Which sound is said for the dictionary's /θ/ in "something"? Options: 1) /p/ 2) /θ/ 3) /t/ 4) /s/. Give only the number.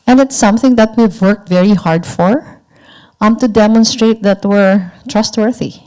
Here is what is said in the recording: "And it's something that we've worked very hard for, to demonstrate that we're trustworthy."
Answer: 2